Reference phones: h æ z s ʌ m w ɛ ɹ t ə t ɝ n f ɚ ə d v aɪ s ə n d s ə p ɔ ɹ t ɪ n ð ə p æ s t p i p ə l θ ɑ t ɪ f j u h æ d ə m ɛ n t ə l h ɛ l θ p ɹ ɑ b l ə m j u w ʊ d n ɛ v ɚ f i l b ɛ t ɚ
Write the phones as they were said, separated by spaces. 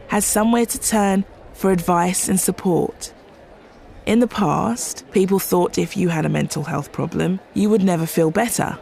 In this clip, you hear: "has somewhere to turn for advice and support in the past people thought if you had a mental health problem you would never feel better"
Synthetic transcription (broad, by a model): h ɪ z s ʌ m w ɛ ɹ t ə t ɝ n f ɚ ə d v aɪ s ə n s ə p ɔ ɹ t ɪ n ð ə p æ s t p i p ə l θ ɑ t ɪ f j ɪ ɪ d ə m ɛ n t l h ɛ l θ p ɹ ɑ b l ə m j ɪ w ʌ d n ɛ v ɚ f i l b ɛ t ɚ